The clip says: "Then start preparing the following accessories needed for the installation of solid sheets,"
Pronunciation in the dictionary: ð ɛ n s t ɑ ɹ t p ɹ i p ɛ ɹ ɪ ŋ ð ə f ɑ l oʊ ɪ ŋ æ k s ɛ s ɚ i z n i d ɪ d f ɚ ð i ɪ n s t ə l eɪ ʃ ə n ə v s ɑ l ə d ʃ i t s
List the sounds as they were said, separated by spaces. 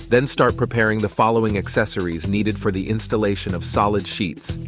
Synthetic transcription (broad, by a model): ð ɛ n s t ɑ ɹ t p ɹ i p ɛ ɹ ɪ ŋ ð ə f ɑ l oʊ ɪ ŋ æ k s ɛ s ɚ i z n i d ɪ d f ɚ ð i ɪ n s t ə l eɪ ʃ ə n ə v s ɑ l ə d ʃ i t s